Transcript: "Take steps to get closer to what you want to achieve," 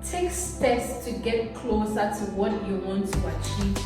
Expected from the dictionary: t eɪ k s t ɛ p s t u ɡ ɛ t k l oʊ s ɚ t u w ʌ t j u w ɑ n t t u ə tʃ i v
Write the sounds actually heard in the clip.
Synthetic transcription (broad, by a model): t eɪ k s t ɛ s t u ɡ ɛ t k l oʊ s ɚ t u w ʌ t j u w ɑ n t t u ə tʃ i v